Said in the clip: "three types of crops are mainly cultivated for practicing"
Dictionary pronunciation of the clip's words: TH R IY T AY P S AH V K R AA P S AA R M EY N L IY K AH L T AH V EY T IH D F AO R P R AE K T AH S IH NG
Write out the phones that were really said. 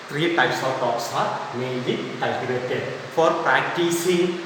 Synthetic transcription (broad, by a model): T R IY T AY S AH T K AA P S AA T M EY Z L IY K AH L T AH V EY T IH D F AO R P R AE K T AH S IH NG